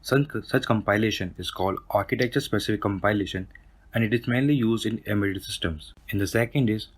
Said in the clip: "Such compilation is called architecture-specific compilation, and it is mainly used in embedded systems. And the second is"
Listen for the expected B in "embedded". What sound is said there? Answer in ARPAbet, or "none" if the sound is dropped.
none